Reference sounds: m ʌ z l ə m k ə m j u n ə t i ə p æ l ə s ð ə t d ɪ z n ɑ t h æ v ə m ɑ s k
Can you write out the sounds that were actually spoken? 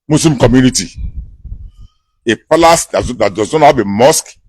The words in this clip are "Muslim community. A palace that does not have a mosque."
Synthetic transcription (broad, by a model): m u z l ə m k ə m j u n ə t i ə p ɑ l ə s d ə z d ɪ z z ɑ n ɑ b ə m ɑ s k